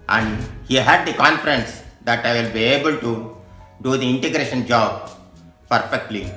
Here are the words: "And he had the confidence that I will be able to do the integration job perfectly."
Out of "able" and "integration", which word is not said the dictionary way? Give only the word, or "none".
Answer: none